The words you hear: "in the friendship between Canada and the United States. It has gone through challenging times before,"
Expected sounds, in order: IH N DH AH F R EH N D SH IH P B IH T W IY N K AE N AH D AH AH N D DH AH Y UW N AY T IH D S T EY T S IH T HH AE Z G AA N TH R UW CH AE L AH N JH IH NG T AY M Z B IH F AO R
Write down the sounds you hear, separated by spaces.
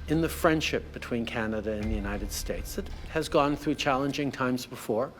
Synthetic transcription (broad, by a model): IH N DH AH F R EH N D SH IH P B IH T W IY N K AE N AH D AH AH N DH AH Y UW N AY T IH D S T EY T S IH T HH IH Z G AA N TH R UW CH AE L AH N JH IH NG T AY M Z B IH F AO R